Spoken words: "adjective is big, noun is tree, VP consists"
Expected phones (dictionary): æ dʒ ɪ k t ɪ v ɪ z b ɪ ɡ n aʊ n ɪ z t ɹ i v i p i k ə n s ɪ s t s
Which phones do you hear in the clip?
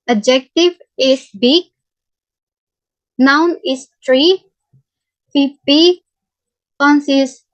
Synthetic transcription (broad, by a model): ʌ dʒ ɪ k t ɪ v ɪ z b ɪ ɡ n aʊ n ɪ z t ɹ i f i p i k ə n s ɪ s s